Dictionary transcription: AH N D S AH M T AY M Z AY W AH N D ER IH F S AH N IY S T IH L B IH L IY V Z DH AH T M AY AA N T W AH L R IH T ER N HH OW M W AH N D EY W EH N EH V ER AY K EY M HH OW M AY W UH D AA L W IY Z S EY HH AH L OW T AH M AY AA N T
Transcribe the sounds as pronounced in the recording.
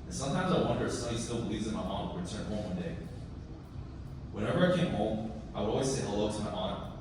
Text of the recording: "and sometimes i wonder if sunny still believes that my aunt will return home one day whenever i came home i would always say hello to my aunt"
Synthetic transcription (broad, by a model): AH N S AH M T AY M Z AY W AH N D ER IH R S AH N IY S T IH L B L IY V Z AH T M AY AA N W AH R IH T ER N HH OW M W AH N D EY W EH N EH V ER AY K EY M HH OW M AY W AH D AA L W IY Z S EY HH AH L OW T AH M AY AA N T